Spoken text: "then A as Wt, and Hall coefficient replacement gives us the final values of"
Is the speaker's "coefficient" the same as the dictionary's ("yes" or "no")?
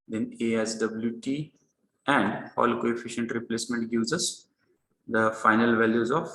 yes